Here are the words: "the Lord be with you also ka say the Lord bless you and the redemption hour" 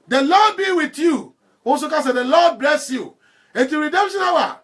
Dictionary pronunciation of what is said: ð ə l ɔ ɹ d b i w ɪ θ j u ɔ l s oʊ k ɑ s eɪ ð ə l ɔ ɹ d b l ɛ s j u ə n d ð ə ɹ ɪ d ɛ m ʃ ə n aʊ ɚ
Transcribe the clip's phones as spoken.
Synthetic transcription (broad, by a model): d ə l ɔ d b i w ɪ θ j u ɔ s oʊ k ɑ s eɪ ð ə l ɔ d b l ɛ s j u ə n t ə ɹ ɪ d ɛ m ʃ ə n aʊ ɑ